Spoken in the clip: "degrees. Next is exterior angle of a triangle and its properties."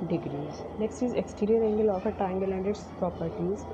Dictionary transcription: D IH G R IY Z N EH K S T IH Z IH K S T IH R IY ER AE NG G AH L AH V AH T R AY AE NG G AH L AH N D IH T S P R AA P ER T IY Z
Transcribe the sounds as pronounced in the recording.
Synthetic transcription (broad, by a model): D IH G R IY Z N EH K S T IH Z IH K S T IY R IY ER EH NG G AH L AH F AH T AY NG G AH L AH N D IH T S P R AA P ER T IY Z